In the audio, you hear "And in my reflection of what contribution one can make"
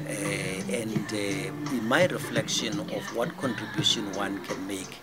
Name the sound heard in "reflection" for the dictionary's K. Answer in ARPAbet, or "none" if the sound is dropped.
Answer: K